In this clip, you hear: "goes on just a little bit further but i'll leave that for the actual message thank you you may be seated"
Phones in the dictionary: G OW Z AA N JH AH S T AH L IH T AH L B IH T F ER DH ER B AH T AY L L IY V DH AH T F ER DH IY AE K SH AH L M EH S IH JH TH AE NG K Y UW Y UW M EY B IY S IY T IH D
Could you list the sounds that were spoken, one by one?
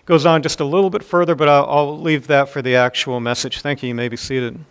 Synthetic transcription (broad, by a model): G OW Z N JH AH S T AH L IH T L B IH T F ER DH ER B AH T AY L L IY V DH AH T F ER DH IY AE K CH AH L M EH S IH JH TH AE NG K Y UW Y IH M EY B IY S IY T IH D